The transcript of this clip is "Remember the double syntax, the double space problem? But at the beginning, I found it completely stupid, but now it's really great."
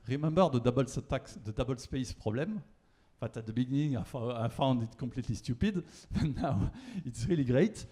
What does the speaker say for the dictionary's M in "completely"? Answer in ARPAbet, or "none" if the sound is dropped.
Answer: none